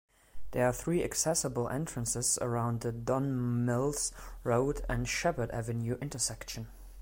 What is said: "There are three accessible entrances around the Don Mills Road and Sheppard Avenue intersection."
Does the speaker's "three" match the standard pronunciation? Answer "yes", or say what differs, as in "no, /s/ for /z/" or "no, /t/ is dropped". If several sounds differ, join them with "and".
yes